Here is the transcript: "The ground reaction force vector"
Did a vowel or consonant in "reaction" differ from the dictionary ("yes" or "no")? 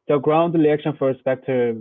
yes